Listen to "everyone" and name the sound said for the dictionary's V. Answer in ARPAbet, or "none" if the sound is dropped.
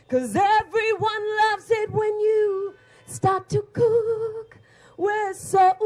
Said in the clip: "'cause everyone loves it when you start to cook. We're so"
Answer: V